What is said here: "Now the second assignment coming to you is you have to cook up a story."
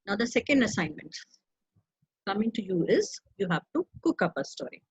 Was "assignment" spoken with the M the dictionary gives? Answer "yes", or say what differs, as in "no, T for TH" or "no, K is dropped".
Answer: yes